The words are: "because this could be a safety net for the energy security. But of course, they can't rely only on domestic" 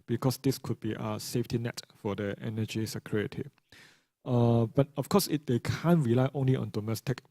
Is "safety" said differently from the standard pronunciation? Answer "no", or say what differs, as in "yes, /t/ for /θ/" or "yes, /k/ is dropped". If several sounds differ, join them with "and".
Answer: no